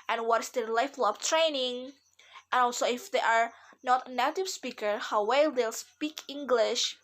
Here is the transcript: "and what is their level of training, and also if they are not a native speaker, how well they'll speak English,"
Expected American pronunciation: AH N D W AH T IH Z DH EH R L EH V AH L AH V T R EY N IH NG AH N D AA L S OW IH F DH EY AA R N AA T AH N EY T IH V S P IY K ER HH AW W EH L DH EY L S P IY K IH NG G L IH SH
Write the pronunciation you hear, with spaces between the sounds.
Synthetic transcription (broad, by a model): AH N W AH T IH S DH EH L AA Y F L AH B T R EY N IH NG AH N AA L S OW IH F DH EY AA R N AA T AH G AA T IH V S P IY K ER HH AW W EH L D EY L S P IY K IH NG G L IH SH